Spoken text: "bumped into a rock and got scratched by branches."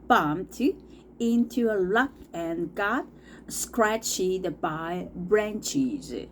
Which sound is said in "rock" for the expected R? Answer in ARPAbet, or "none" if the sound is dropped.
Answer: L